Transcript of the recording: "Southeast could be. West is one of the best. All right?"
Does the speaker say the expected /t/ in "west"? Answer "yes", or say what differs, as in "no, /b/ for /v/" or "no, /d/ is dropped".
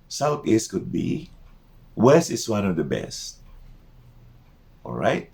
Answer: no, /t/ is dropped